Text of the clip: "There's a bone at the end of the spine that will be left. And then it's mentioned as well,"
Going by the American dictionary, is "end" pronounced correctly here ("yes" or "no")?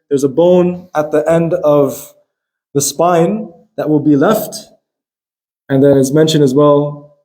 yes